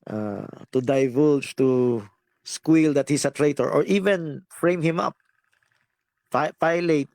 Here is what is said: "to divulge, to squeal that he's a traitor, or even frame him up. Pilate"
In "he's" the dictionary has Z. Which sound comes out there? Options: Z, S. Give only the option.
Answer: S